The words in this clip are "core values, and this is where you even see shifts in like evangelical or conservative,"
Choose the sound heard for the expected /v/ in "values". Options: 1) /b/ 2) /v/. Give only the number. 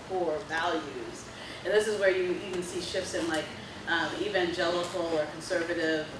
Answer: 2